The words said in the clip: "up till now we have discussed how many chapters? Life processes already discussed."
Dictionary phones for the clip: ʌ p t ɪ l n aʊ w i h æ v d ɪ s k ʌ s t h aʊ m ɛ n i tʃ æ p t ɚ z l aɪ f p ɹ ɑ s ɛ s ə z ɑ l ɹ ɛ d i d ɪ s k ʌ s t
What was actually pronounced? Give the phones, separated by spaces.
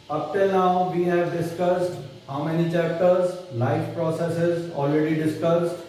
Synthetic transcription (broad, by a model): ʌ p t ɪ l n aʊ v i h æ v d ɪ s k ʌ s t h aʊ m ɛ n i tʃ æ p t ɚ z l aɪ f p ɹ ɑ s ɛ s ə z ɑ l ɹ ɛ d i d ɪ s k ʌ s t